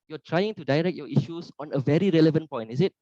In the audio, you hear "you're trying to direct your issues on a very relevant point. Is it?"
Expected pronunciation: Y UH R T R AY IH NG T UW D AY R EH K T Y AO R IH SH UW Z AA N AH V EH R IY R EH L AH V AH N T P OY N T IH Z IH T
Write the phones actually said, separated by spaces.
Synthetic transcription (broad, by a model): Y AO T R AY IH NG T UW D AY R EH K T Y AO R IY SH UW S AA N AH V EH R IY R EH L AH V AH N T P OY N T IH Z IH T